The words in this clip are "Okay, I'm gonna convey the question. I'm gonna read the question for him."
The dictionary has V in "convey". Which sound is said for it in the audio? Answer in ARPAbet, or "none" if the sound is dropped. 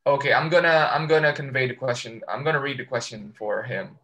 V